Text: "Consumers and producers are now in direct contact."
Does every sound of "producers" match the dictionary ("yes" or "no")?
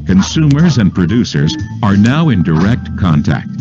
yes